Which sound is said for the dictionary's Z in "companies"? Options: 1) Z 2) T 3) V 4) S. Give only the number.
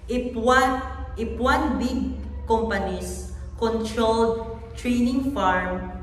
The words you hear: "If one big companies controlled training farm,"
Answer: 4